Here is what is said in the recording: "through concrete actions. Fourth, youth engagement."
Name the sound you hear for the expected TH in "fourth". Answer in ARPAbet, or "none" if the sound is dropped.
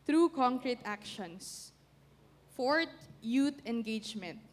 T